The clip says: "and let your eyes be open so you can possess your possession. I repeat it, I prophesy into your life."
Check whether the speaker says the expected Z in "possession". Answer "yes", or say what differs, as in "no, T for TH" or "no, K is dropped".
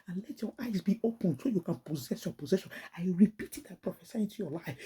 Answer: yes